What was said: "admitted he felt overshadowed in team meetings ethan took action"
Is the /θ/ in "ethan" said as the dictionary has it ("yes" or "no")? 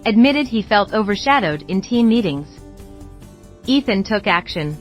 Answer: yes